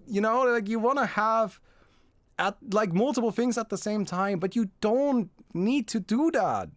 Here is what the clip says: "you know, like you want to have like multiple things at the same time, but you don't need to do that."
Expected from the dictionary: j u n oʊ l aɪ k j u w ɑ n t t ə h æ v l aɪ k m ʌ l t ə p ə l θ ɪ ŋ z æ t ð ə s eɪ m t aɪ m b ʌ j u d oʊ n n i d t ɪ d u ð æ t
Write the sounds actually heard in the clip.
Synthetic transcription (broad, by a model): j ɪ n oʊ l aɪ k j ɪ w ɑ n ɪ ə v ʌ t l aɪ k m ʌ l t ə p l θ ɪ ŋ z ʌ t ð ə s eɪ m t aɪ m b ʌ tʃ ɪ d oʊ n n i d t ɪ d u ð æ t